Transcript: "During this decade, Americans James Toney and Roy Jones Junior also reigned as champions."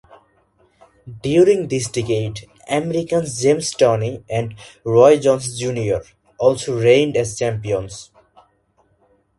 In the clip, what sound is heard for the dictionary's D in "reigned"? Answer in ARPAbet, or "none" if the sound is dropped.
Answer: D